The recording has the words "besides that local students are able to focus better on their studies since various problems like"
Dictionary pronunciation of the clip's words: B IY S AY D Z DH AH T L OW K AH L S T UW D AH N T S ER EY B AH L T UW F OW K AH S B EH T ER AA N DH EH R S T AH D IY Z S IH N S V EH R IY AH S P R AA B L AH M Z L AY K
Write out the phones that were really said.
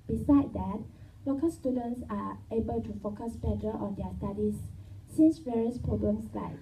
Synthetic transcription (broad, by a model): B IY S AY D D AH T L OW K AH L S T UW D AH N T S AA EY B AH L T UW F OW K AH S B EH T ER AA N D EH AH S T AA D IY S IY N S V EH R IY AH S P R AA B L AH M S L AY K